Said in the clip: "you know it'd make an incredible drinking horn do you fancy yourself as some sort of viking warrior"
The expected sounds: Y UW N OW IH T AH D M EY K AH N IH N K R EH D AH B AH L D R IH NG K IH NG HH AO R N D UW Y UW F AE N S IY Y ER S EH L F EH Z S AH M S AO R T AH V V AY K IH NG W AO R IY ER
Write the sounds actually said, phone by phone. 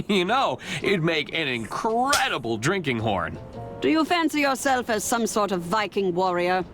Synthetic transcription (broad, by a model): Y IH N OW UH T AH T M EY K AH N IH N K R EH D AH B L D R IH NG K IH NG HH AO R N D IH Y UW F AE N S IY Y ER S EH L F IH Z S AH M S AO R T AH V V AY K IH NG W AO R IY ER